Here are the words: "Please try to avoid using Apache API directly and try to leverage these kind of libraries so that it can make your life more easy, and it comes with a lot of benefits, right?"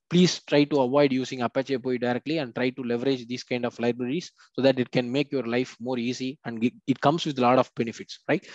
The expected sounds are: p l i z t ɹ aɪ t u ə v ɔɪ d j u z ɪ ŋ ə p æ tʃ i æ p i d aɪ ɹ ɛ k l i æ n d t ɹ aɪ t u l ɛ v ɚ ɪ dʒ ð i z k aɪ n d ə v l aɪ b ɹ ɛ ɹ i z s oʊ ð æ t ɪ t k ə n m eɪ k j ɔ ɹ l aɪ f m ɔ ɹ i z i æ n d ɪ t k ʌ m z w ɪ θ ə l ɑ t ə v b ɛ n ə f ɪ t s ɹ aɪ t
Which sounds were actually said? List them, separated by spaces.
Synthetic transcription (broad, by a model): p l i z t ɹ aɪ t u ə v ɔɪ d j u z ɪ ŋ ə p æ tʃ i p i d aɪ ɹ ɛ k l i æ n d t ɹ aɪ t u l ɛ v ɚ ɪ dʒ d i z k aɪ n d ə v l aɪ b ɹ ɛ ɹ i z s oʊ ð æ t ɪ t k ə n m eɪ k j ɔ ɹ l aɪ f m ɔ ɹ i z i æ n d ɪ t k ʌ m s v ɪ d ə l ɑ t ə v b ɛ n ə f ɪ t s ɹ aɪ t